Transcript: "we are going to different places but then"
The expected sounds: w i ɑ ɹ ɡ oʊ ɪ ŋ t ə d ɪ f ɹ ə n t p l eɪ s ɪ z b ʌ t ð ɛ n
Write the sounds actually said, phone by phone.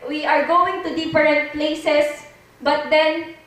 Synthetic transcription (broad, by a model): w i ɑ ɹ ɡ oʊ ɪ ŋ t ə d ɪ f ɹ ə n t p l eɪ s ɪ s b ʌ t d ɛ n